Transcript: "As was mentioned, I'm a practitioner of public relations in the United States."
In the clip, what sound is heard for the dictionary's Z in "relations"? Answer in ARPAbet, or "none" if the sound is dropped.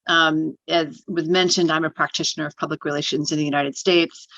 Z